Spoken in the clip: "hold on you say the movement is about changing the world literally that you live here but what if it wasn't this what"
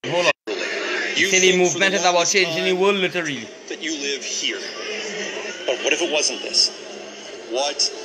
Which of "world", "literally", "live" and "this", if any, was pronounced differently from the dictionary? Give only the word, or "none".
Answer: world